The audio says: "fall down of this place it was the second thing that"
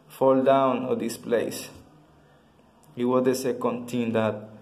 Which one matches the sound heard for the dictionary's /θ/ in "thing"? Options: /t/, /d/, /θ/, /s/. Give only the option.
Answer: /t/